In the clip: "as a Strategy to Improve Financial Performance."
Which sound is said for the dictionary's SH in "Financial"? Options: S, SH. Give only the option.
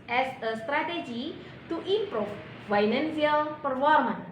S